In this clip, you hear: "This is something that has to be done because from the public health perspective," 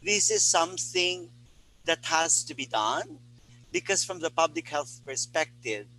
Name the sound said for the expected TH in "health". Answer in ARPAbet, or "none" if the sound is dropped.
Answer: TH